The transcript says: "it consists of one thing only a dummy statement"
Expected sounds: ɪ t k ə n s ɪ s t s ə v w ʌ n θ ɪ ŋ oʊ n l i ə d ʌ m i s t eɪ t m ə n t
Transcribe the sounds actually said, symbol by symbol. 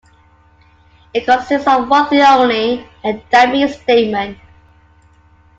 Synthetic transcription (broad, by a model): ɪ t k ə n s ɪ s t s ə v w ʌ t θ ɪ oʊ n i ə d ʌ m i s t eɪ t m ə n